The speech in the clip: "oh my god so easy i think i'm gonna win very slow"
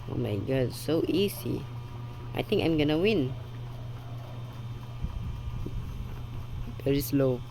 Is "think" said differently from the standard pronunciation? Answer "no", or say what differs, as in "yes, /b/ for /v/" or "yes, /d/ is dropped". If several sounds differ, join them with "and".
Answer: yes, /t/ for /θ/